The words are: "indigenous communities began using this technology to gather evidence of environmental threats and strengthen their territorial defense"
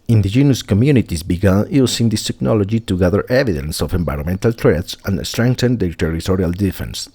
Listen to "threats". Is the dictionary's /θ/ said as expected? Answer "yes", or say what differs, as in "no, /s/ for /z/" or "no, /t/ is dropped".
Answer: no, /t/ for /θ/